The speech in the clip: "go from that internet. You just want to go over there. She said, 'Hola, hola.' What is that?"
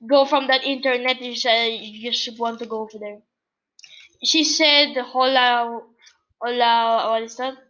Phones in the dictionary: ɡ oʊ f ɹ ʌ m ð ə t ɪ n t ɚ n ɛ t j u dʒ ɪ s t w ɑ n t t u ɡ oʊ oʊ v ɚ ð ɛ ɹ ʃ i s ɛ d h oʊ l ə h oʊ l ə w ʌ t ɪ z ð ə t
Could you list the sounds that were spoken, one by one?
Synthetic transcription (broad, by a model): ɡ oʊ f ɹ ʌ m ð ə t ɪ n t ɚ n ɛ t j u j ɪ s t w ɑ n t t u ɡ oʊ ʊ f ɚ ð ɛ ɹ ʃ i s ɛ d h oʊ l ə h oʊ l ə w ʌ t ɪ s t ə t